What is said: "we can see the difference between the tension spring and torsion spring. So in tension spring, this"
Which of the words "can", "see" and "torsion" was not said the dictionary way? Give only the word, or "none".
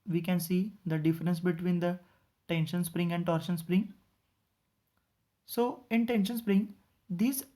none